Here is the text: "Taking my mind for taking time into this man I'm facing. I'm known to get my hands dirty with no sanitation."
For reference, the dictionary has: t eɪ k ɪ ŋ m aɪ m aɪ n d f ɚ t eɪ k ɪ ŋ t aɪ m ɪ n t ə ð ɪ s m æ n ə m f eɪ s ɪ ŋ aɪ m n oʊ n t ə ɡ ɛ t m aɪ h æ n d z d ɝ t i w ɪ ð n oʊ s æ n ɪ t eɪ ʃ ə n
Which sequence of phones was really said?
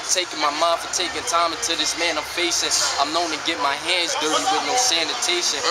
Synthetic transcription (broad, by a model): t eɪ k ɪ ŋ m aɪ m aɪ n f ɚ t eɪ k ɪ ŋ t aɪ m ɪ n t ə ð ɪ s m æ n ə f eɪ s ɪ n aɪ m n oʊ n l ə ɡ ɛ t m aɪ h æ n d z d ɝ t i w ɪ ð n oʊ s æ n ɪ t eɪ ʃ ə n